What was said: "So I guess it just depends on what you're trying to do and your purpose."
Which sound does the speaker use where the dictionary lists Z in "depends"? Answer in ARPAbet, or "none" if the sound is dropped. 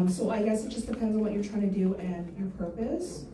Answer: Z